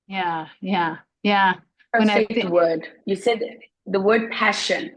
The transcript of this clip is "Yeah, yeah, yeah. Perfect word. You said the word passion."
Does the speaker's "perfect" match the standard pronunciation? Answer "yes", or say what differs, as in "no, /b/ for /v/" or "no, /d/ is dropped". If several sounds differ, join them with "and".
no, /f/ is dropped